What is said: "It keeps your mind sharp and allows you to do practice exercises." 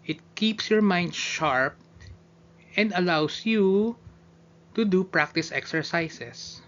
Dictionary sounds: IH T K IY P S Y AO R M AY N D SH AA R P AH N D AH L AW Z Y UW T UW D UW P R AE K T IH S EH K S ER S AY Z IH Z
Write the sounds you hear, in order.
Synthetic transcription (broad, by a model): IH T K IY P S Y AO R M AY N D SH AA R P AH N D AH L AW S Y UW T UW D UW P R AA K T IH S EH K S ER S AY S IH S